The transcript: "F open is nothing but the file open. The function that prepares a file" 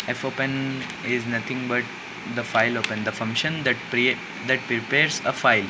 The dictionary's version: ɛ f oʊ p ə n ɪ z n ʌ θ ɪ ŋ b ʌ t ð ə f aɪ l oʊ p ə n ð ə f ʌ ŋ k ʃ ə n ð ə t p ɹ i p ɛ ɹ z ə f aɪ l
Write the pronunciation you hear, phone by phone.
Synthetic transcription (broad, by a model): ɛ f oʊ p ə n ɪ z n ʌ t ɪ ŋ b ʌ t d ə f aɪ l oʊ p ə n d ə f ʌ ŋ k ʃ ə n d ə t p ɹ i p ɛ ɹ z ə f aɪ l